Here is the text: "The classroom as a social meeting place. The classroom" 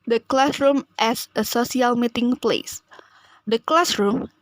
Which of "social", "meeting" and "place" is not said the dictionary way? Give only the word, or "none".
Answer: social